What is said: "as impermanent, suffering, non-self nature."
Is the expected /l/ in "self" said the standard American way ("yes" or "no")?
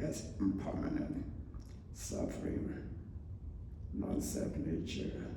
no